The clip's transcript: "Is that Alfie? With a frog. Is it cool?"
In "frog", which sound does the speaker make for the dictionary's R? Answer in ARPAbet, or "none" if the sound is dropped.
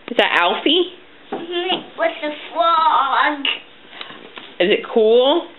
L